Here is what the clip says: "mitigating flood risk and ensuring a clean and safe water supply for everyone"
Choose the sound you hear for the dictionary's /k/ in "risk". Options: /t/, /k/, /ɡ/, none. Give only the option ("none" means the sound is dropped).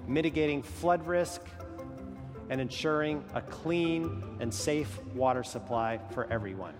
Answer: /k/